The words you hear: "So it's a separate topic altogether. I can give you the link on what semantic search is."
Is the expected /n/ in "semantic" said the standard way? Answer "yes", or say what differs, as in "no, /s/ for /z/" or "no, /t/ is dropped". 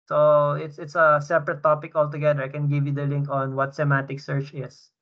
no, /n/ is dropped